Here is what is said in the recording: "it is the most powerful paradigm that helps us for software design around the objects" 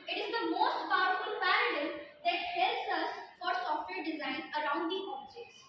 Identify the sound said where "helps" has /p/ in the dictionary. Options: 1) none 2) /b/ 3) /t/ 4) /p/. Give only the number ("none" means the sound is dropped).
1